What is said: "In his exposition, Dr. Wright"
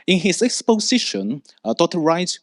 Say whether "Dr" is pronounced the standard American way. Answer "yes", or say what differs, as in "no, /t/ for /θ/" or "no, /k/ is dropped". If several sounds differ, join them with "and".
no, /k/ is dropped